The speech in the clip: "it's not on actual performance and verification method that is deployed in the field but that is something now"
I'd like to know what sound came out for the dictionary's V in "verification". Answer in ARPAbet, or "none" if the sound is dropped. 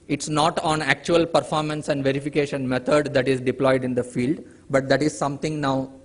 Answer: V